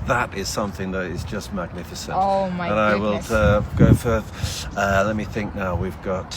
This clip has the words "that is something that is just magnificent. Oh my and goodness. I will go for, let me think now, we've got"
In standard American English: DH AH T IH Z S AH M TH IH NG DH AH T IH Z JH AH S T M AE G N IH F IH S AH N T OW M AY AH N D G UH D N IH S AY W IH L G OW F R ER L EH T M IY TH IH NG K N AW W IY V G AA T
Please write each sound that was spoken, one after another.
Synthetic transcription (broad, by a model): DH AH T IH Z S AH M TH IH NG DH AH T IH Z JH AH S T M AE G N IH F IH S AH N T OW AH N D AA IH W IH L G OW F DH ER L EH T M IY TH IH NG K N AW W IY V G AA T